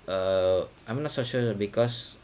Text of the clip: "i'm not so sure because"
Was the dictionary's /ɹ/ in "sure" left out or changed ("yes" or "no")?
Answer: yes